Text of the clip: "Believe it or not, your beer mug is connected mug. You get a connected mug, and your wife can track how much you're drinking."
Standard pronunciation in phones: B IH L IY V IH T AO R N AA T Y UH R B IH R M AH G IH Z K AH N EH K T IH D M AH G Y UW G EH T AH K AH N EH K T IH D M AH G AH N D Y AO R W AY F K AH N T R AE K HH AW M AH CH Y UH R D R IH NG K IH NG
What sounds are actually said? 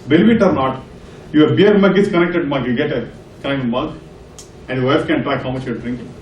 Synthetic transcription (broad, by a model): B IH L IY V IH T AO R N AA T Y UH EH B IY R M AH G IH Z K AH N EH K T IH D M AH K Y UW G EH T AH K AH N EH K T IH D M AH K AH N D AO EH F K AH N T R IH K HH AW M AH CH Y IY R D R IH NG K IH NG